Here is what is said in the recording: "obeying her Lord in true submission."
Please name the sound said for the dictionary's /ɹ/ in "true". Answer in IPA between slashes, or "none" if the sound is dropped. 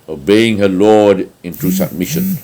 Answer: none